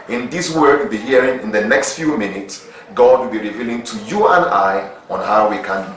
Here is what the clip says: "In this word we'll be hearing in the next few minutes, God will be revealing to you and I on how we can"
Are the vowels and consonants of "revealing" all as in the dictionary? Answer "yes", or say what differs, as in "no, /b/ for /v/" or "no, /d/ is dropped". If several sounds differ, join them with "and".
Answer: yes